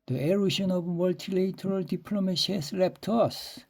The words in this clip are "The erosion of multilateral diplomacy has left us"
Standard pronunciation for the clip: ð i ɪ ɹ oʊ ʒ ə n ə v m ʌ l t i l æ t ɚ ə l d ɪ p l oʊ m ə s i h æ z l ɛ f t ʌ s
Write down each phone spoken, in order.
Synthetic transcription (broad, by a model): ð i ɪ ɹ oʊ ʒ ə n ə v m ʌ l t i l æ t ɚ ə l d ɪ p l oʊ m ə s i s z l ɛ p t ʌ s